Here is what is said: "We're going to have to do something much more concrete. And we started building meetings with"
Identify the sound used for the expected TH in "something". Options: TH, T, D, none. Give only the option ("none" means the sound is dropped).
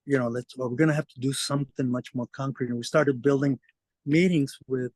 TH